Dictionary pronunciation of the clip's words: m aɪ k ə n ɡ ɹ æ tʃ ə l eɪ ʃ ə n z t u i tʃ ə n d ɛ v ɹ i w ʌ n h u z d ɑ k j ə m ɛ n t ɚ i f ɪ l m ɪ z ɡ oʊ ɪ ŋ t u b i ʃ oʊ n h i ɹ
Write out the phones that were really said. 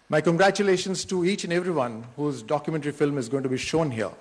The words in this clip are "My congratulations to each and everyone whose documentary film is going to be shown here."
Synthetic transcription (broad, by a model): m aɪ k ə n ɡ ɹ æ tʃ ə l eɪ ʃ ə n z t u i tʃ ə n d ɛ v ɹ i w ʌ n h u z d ɑ k j ə m ɛ n t ɚ i f ɪ l m ɪ z ɡ oʊ ɪ ŋ t u b i ʃ oʊ n h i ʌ